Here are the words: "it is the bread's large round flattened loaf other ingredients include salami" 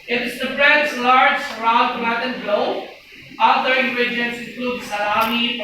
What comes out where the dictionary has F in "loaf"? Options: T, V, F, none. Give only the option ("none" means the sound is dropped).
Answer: none